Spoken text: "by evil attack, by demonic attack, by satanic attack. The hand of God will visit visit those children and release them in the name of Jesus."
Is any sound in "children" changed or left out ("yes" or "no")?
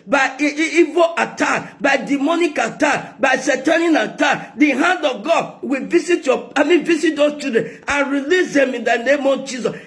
yes